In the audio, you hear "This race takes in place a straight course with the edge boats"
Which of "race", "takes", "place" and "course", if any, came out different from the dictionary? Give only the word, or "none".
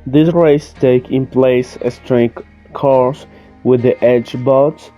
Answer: takes